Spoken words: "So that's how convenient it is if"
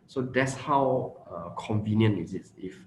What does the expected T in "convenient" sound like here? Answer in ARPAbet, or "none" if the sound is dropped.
none